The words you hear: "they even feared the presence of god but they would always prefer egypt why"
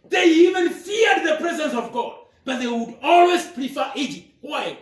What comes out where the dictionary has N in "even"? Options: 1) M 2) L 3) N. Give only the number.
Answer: 3